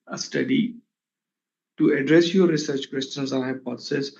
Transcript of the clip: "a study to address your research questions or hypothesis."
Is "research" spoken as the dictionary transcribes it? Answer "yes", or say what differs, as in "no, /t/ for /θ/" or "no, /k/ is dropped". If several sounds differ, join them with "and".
yes